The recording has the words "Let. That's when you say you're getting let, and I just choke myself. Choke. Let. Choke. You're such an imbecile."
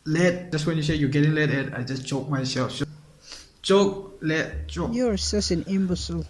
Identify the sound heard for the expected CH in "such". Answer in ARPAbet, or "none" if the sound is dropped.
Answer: S